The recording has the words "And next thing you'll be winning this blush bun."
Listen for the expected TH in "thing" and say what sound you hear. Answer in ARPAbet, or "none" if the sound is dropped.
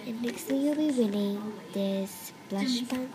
T